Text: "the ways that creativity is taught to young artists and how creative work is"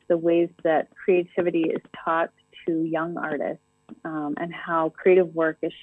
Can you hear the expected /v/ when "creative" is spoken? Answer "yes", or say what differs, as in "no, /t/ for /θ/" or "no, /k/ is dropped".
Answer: yes